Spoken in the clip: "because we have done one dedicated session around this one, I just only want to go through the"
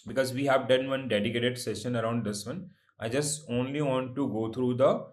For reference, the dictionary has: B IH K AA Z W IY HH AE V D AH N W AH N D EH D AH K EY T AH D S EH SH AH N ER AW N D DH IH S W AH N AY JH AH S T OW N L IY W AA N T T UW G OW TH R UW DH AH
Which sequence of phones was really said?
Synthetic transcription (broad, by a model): B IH K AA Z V IY HH AE V D AH N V AH N D EH D AH K EY T AH D S EH SH AH N ER AW N D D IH S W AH N AY JH AH S T OW N L IY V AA N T T UW G OW T R UW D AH